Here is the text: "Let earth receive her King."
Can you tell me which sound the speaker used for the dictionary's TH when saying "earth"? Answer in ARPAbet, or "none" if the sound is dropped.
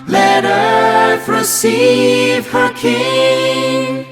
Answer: F